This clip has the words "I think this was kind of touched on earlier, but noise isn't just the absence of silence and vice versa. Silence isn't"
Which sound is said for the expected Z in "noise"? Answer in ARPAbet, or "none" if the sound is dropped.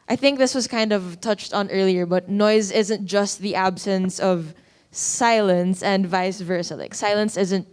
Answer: Z